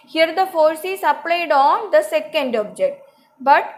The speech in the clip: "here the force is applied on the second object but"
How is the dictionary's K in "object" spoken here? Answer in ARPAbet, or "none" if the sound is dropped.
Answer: K